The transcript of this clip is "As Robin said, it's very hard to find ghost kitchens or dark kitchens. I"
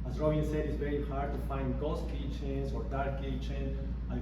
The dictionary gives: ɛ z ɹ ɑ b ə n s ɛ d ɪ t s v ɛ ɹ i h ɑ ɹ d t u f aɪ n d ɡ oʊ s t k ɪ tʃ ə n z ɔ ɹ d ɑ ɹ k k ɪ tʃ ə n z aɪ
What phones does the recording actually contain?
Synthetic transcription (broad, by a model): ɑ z ɹ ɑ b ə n s ɛ d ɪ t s v ɛ ɹ i h ɑ ɹ d t u f aɪ n d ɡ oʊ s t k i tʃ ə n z ɔ ɹ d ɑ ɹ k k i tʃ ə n aɪ